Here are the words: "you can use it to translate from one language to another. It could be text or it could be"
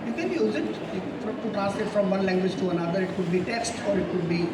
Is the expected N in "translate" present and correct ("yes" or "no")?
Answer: no